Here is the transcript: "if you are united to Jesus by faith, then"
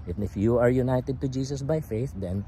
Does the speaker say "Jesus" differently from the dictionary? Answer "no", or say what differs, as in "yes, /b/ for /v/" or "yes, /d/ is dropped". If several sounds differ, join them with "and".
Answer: yes, /s/ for /z/